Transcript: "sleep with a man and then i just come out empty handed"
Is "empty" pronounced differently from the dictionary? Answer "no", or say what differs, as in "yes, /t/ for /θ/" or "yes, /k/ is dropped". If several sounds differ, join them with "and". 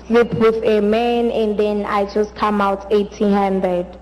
yes, /m/ is dropped